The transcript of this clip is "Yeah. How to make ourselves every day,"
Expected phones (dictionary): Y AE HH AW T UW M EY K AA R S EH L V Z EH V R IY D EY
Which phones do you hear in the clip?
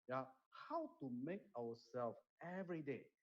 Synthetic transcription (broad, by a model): Y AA HH AW T UW M EY K AA W S EH L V EH V R IY D EY